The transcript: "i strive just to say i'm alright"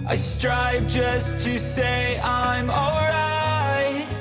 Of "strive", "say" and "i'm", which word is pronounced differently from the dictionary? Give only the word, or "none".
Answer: none